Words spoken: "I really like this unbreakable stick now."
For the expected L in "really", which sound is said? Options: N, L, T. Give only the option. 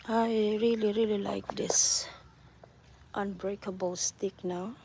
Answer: L